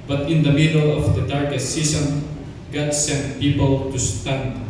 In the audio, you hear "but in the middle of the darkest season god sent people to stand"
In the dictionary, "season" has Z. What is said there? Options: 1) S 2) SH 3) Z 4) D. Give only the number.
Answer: 1